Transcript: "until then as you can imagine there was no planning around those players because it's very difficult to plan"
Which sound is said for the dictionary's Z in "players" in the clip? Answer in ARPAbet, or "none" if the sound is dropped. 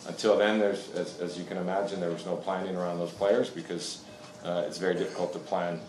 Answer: Z